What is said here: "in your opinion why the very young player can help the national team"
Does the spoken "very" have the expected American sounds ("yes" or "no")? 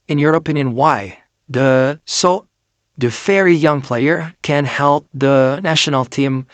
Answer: no